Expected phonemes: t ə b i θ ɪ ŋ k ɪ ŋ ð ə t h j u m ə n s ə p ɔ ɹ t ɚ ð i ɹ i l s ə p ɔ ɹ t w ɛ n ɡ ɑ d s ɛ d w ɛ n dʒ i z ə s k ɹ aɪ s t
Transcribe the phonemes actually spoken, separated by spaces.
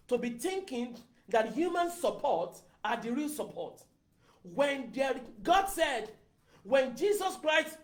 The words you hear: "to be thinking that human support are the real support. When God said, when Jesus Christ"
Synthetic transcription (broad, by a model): t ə b i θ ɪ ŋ k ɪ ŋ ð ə t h j u m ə n s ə p ɔ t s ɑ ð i ɹ i l s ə p ɔ t w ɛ n ɡ ɑ d s ɛ d w ɛ n dʒ i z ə s k ɹ aɪ s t